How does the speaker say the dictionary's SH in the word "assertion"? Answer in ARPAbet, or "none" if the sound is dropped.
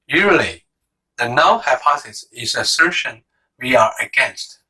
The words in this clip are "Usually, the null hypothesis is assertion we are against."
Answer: SH